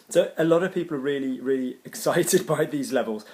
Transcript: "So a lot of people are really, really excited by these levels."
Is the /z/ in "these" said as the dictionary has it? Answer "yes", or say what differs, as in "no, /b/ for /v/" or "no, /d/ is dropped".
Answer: yes